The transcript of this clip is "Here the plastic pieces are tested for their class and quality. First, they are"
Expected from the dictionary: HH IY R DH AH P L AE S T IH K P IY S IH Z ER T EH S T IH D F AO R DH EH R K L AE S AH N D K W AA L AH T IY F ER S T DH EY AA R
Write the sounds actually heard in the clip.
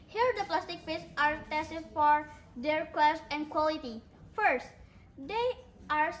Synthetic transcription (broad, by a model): HH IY R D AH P L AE S T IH K F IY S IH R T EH S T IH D F AO R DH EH R K W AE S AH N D K W AA L AH T IY F ER S T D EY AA R